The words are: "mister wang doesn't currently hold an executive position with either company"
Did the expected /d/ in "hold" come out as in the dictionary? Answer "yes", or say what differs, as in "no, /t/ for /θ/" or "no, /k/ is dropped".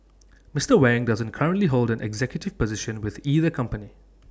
yes